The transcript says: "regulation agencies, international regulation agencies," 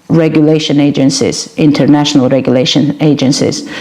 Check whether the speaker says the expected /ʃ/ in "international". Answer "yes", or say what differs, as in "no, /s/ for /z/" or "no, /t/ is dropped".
yes